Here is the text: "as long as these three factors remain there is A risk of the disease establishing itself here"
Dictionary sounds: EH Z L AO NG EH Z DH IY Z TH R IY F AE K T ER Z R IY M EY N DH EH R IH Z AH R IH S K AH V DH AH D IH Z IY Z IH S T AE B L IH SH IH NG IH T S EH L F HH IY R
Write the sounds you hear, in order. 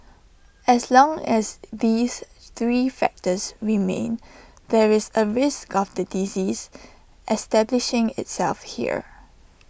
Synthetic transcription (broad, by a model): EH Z L AO NG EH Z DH IY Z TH R IY F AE K T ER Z R IY M EY N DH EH R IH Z AH R IH S K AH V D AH D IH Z IY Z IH S T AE B L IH SH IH NG IH T S EH L F HH IY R